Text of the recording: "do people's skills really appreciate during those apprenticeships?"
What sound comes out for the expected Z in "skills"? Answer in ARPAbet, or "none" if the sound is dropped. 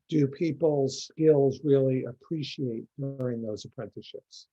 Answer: Z